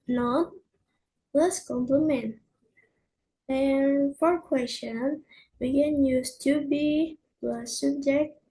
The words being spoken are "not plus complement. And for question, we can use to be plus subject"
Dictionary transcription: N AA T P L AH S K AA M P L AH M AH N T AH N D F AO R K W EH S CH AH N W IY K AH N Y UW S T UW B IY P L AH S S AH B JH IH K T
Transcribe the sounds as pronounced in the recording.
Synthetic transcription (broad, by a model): N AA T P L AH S K AA M P L AH M AH N T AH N F AO R K W EH S CH AH N W IY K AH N Y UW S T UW B IY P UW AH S S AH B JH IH K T